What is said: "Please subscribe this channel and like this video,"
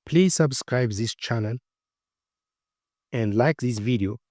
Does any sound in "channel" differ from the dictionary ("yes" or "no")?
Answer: no